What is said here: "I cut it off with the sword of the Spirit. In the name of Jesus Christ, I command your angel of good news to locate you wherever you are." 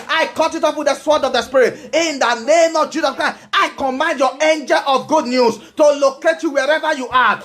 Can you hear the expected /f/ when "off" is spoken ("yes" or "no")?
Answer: no